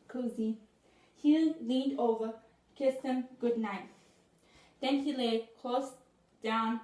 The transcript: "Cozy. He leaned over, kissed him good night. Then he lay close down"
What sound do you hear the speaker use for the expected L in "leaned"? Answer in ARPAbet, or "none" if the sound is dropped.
L